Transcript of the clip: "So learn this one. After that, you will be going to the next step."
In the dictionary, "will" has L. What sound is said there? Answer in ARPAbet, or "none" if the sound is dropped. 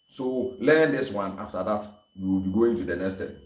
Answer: L